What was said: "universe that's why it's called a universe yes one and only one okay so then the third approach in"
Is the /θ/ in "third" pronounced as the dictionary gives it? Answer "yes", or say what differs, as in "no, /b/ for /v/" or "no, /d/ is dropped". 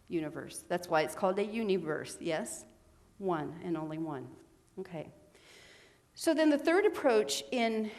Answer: yes